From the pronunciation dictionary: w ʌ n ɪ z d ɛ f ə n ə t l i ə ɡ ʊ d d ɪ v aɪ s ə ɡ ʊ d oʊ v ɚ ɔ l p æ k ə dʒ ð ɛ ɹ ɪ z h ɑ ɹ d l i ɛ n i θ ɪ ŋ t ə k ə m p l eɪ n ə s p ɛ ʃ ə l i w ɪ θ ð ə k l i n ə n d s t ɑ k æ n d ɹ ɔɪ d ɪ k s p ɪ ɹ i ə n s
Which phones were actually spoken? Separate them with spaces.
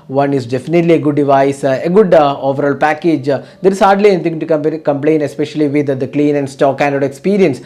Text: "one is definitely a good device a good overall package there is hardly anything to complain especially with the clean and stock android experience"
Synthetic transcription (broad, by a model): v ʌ n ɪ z d ɛ f ə n ə t l i ə ɡ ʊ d d ɪ v aɪ s ə ɡ ʊ d oʊ v ɚ ɔ l p æ k ə dʒ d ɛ ɹ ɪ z h ɑ ɹ d l i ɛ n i t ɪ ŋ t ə k ə m p l eɪ n ə s p ɛ ʃ ə l i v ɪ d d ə k l i n ə n d s t ɑ k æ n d ɔɪ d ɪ k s p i ɹ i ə n s